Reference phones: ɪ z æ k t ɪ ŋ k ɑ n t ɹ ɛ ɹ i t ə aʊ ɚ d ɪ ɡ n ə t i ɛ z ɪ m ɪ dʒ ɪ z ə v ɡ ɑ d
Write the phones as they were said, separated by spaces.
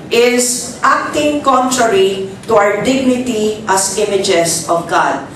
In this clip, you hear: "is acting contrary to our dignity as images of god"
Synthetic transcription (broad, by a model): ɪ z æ k t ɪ ŋ k ɑ n t ɹ ɛ ɹ i t ə aʊ ɚ d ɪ ɡ n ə t i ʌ s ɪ m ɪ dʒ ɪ s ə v ɡ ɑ d